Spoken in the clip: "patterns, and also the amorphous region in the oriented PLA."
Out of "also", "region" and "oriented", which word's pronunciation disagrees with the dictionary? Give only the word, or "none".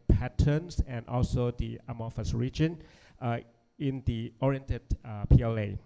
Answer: none